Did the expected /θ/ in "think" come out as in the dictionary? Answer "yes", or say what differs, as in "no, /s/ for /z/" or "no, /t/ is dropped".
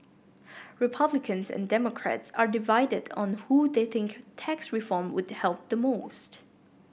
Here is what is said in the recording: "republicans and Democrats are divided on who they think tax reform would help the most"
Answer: yes